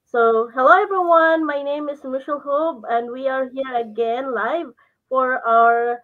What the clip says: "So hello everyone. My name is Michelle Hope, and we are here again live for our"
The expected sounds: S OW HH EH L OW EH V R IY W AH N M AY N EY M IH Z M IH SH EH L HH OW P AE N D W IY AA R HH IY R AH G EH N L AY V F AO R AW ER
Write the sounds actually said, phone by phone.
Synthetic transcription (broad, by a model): S OW HH EH L OW EH V R IY W AH N M AY N EY M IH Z M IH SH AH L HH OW B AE N D W IY AA R HH IY R AH G EH N L AY V F AO R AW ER